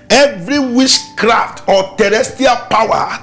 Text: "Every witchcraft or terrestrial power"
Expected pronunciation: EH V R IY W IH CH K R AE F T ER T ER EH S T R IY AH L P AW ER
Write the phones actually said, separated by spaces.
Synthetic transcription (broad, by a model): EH V R IY W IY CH K R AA F T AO T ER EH S T IY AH L P AW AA